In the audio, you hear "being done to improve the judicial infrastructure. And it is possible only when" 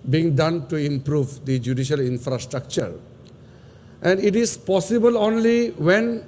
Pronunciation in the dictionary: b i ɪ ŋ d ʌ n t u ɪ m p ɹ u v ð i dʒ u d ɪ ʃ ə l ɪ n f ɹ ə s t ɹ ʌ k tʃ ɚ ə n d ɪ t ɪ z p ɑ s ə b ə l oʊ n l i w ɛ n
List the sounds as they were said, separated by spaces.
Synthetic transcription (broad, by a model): b i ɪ ŋ d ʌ n t u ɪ m p ɹ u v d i dʒ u d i ʃ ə l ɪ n f ɹ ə s t ɹ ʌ k tʃ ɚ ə n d ɪ t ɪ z p ɑ s ə b ə l oʊ n l i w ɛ n